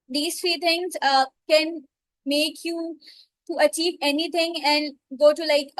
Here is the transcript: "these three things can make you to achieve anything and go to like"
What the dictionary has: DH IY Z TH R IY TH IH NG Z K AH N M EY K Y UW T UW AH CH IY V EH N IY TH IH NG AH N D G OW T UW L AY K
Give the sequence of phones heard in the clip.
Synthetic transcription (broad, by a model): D IY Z T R IY T IH NG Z K AH N M EY K Y UW T UW AH CH IY V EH N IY T IH NG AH N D G OW T UW L AY K